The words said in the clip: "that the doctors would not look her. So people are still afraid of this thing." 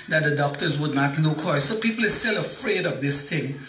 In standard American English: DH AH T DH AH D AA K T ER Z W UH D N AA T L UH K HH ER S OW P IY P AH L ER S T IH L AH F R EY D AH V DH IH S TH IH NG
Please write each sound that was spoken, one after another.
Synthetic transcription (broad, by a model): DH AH T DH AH D AA K T ER Z W UH D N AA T N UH K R S OW P IY P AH L ER S T IH L AH F R EY D AH V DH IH S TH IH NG